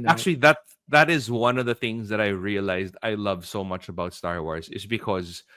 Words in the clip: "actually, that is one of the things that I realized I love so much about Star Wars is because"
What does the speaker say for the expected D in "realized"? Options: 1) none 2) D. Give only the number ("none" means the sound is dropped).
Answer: 2